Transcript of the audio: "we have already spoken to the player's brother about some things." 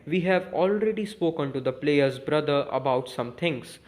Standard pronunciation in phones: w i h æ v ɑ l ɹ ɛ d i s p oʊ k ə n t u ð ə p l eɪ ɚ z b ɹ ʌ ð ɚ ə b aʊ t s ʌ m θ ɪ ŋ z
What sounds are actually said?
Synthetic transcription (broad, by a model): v i h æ v ɑ l ɹ ɛ d i s p oʊ k ə n t u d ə p l eɪ ɚ z b ɹ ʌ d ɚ ə b aʊ t s ʌ m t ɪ ŋ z